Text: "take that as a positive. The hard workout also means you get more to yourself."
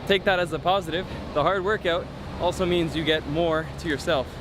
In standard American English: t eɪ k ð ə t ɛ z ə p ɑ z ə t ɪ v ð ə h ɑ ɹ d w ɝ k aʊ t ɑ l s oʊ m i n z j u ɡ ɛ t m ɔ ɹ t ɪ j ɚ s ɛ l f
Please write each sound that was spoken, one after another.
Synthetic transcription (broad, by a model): t eɪ k ð ə t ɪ z ə p ɑ z ə t ɪ v ð ə h ɑ ɹ d w ɝ k aʊ t ɑ l s oʊ m i n z j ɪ ɡ ɛ t m ɔ ɹ t ɪ j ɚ s ɛ l f